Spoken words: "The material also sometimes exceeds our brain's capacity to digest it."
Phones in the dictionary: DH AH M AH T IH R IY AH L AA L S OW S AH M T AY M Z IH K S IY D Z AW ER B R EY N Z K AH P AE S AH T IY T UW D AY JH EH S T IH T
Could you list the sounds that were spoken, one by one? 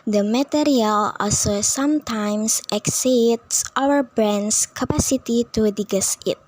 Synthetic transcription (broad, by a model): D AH M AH T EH R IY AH L AA L S OW S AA M T AY M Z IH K S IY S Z AW ER B R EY N S K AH P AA S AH T IY T UW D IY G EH S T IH T